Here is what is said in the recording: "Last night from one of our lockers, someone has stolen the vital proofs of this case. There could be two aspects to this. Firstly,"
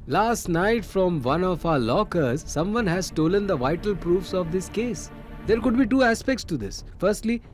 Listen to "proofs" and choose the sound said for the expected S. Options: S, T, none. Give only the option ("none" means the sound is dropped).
S